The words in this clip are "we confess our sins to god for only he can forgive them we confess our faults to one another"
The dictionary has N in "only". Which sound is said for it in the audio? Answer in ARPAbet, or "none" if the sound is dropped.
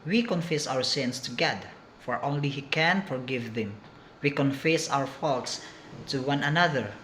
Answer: N